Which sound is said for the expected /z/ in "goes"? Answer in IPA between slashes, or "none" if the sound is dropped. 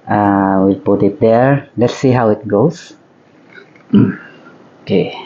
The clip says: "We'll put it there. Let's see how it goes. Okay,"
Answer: /s/